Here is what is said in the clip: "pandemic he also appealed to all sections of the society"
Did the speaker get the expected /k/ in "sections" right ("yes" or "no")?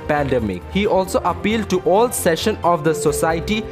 no